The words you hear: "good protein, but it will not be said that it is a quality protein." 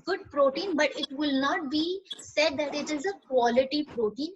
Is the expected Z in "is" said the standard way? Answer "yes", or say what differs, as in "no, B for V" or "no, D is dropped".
yes